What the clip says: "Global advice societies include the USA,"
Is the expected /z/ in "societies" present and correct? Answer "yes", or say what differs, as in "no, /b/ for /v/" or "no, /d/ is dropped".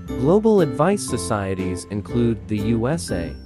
yes